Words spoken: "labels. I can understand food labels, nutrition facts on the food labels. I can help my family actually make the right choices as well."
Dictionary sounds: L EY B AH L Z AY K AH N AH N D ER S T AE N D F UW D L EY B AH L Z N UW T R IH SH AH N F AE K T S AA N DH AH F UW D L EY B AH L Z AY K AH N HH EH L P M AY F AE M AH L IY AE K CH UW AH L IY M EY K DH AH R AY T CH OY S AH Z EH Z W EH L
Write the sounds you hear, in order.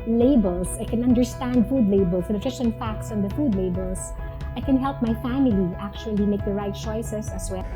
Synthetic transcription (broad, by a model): L EY B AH L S AY K AH N AH N D ER S T AE N D F UW D L EY B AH L S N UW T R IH S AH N F AE K T S AA N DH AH F UW D L EY B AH L S AY K AH N HH EH L P M AY F AE M AH L IY AE K CH UW AH L IY M EY K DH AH R AY T CH OY S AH S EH S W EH